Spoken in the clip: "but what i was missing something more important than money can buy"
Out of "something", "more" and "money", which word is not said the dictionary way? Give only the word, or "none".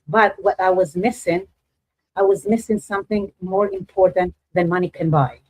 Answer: none